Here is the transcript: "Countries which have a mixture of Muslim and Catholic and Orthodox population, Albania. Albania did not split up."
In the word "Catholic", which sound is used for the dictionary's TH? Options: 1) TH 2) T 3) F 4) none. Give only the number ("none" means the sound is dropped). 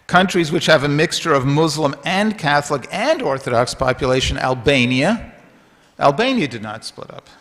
1